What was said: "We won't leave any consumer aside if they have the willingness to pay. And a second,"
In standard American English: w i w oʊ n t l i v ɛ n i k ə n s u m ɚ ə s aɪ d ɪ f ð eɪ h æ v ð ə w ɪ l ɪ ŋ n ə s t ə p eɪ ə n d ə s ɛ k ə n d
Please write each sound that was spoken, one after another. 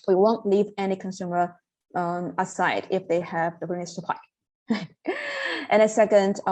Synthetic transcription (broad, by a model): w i w oʊ n t l i v ɛ n i k ə n s u m ɚ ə s aɪ d ɪ f ð eɪ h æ v ð ə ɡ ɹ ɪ n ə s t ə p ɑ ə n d ə s ɛ k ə n d